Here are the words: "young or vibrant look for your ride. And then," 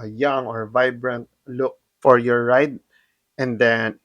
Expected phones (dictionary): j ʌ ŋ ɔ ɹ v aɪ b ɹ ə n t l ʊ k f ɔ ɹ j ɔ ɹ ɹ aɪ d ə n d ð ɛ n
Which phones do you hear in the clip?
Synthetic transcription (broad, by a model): j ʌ ŋ ɔ ɹ v aɪ b ɹ ə n t l ʊ k f ɔ ɹ j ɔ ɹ ɹ aɪ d ə n d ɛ n